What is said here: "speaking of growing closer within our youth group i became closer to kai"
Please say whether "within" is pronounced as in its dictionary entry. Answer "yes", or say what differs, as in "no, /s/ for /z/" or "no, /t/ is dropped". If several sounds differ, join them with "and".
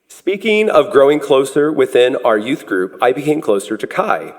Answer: yes